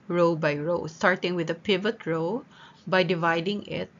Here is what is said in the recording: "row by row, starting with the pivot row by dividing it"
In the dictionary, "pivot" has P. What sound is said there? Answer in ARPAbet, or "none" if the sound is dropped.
P